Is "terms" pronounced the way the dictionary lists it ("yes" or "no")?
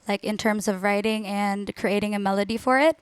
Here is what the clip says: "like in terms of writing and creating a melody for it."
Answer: yes